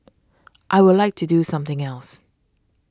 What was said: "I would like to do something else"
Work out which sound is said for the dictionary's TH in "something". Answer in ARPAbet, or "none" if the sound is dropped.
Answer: TH